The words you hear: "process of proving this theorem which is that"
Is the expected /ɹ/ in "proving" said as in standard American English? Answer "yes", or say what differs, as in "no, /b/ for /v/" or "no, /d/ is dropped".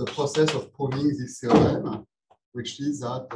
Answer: no, /ɹ/ is dropped